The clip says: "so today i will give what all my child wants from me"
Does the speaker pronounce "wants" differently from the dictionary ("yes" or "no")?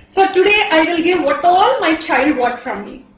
yes